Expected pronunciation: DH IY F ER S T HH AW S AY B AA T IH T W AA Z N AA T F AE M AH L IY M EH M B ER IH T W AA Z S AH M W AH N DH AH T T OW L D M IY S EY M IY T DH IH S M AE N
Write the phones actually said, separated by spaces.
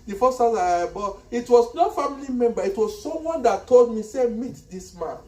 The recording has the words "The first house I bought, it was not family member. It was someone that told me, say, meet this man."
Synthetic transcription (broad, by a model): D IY F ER S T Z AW AY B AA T IH T W AA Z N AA F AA M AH L IY M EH M B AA IH T W AA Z S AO M W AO N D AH T T OW L D M IY S EY M IY T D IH S M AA N